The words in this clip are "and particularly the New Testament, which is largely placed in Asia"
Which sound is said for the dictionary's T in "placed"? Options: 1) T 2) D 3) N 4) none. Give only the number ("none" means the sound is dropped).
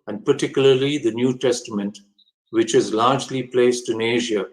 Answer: 1